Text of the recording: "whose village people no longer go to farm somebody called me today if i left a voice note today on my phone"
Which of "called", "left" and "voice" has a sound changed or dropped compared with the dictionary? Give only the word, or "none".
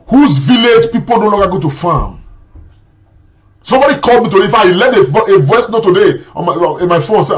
left